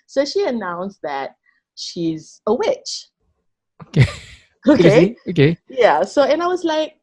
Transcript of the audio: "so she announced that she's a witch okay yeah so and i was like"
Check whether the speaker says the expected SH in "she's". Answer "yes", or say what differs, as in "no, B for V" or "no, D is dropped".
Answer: yes